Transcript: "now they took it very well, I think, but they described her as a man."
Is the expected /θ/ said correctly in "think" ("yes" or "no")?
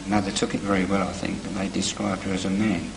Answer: yes